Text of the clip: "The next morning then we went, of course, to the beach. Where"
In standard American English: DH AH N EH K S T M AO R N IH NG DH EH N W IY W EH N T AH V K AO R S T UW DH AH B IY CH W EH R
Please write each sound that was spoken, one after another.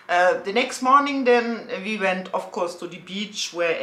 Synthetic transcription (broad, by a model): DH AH N EH K S T M AO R N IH NG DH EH N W IY W EH N T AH F K AO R S T UW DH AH B IY CH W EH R